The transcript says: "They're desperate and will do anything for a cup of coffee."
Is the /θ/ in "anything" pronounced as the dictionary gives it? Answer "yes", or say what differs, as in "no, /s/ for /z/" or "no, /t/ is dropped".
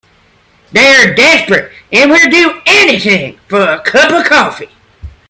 yes